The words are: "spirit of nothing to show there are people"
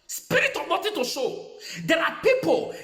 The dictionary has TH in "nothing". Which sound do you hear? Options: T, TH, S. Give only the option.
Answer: T